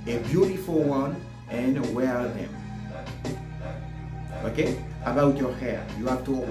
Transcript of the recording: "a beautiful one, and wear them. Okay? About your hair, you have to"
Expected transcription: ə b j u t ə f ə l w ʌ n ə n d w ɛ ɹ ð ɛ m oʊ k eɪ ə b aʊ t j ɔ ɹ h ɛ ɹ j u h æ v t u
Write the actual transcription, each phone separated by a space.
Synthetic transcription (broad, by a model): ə b j u t ə f ə l w ʌ n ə n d w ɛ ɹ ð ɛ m oʊ k eɪ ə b aʊ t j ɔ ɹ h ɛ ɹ j u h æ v t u